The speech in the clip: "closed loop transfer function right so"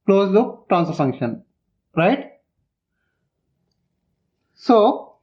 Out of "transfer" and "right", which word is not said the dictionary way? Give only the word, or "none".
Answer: transfer